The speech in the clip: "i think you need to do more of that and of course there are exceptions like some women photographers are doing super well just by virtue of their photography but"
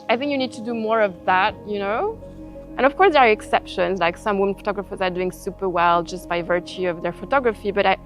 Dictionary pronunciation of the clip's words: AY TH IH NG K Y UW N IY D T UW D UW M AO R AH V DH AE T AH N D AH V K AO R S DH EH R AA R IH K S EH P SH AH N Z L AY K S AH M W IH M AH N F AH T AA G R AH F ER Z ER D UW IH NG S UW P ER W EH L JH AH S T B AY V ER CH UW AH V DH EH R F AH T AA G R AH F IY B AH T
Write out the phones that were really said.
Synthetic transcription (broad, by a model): AY TH IH NG K Y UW N IY D T UW D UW M AO R AH V DH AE T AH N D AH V K AO R S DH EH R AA R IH K S EH P SH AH N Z L AY K S AH M W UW M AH N F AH T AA G R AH F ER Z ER D UW IH NG S UW P ER W EH L JH AH S T B AY V ER CH UW AH V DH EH R F AH T AA G R AH F IY B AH T